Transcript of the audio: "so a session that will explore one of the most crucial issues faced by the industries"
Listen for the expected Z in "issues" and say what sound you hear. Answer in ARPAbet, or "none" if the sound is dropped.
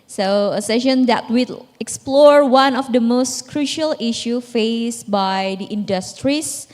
none